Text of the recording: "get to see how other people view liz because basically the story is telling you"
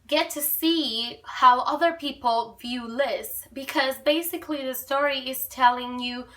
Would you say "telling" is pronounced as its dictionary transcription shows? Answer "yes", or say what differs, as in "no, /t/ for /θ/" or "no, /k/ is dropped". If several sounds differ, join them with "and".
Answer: yes